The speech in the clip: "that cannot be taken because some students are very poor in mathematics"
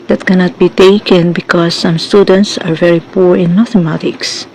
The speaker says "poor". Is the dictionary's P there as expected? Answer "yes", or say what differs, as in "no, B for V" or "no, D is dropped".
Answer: yes